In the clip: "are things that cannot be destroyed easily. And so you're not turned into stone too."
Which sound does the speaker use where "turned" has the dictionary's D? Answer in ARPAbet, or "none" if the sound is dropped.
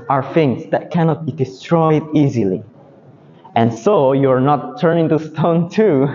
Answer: none